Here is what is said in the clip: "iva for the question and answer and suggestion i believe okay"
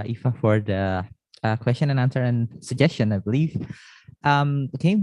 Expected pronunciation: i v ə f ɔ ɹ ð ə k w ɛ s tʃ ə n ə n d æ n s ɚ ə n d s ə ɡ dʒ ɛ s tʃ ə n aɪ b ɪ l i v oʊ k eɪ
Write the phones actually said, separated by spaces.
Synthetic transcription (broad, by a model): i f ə f ɔ ɹ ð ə k w ɛ s tʃ ə n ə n æ n s ɚ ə n s ə ɡ dʒ ɛ s tʃ ə n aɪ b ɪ l i f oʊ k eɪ